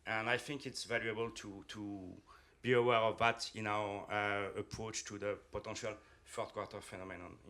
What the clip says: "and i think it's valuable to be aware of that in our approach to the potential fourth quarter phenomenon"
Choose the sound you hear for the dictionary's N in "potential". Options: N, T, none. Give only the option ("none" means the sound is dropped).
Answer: none